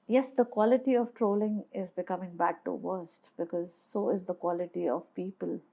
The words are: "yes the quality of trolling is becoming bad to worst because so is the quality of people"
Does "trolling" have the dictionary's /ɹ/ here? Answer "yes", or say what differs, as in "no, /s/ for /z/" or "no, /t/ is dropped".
yes